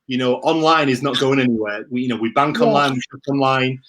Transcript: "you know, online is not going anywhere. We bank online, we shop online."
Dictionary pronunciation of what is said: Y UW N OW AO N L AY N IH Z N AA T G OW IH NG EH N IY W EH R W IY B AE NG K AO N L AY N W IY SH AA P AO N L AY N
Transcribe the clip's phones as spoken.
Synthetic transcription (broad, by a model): Y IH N OW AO N L AY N IH Z N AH T G OW IH NG EH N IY W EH W W IY B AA NG K AO N L AY N W IY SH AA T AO N L AY N